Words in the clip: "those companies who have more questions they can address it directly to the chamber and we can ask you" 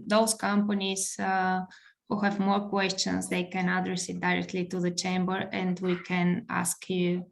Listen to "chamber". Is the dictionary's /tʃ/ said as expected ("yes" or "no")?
yes